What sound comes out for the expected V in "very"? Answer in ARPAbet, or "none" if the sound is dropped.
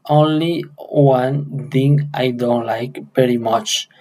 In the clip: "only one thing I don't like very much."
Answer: P